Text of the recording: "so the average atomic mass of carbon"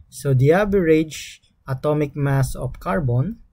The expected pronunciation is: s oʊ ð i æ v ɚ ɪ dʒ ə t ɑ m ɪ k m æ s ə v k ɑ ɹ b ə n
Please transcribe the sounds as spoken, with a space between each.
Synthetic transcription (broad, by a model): s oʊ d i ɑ b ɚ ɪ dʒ ə t ɑ m ɪ k m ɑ s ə f k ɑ ɹ b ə n